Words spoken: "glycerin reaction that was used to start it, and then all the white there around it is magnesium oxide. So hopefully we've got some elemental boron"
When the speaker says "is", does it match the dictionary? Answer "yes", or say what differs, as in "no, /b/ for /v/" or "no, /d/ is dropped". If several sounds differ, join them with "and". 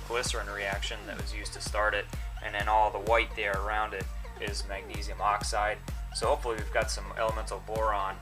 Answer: yes